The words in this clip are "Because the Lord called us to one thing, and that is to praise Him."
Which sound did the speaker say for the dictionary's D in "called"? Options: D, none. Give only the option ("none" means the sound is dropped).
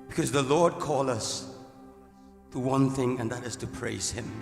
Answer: none